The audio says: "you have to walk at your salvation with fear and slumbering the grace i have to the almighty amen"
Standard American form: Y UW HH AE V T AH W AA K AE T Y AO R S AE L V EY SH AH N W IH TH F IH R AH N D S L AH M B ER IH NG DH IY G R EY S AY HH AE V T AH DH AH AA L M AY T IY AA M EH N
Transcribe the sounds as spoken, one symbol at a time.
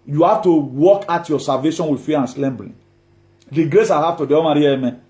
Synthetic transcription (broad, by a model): Y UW HH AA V T AH W AA K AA T Y AO S AE L V EY SH AH N W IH F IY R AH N S L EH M B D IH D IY G R EY S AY HH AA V T AH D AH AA M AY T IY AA M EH